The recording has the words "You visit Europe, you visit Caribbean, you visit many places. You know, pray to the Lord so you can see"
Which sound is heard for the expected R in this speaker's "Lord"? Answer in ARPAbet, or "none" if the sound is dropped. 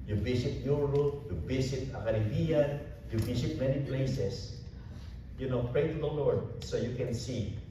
R